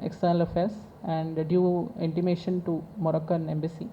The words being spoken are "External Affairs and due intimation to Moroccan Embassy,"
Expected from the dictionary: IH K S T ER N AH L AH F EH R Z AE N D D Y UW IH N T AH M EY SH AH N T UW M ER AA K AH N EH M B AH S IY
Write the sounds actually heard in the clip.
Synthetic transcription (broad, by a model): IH K S T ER N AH L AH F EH R S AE N D D Y UW IH N T AH M EY SH AH N T UW M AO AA K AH N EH M B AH S IY